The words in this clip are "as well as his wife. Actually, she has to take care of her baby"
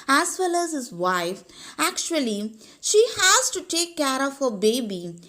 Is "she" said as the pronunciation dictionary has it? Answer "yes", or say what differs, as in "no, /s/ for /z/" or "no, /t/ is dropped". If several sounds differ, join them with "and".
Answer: yes